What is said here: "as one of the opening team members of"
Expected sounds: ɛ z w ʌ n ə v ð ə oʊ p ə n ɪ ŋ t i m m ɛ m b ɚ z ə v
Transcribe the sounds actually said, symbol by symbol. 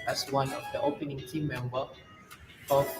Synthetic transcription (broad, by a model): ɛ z w ʌ n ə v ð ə oʊ p ə n ɪ ŋ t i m m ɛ m b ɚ ə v